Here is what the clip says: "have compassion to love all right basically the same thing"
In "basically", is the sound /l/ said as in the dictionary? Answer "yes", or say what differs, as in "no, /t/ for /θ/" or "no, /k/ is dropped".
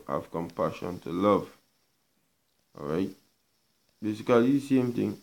no, /l/ is dropped